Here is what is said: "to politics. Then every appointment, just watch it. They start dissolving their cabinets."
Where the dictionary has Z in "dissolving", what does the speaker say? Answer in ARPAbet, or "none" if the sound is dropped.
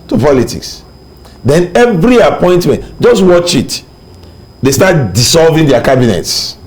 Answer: S